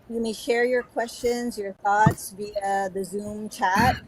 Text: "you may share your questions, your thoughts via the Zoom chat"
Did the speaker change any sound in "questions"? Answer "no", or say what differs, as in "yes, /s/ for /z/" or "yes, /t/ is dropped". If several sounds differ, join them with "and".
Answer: no